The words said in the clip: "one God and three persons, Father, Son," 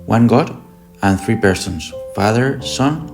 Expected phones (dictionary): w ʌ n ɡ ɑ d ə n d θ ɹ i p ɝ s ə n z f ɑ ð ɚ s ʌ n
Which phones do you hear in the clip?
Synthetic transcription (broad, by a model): w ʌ n ɡ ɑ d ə n θ ɹ i p ɝ s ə n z f ɑ ð ɚ s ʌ n